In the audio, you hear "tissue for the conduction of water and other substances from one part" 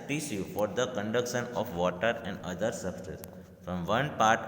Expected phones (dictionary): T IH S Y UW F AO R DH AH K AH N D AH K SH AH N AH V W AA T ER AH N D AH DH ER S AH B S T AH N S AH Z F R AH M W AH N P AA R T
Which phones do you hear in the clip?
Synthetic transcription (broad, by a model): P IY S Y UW F AO R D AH K AH N D AH K SH AH N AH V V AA T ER AH N D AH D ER S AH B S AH S F R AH M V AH N P AA R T